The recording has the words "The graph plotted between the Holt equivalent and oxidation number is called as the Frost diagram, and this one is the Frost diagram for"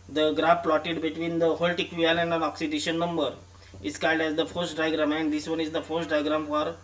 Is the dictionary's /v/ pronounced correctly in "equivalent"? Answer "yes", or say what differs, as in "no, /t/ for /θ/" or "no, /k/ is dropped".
no, /v/ is dropped